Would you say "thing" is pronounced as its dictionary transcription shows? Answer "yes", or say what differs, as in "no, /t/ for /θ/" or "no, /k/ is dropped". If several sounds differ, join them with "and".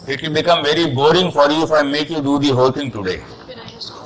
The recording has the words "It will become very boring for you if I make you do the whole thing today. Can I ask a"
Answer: no, /t/ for /θ/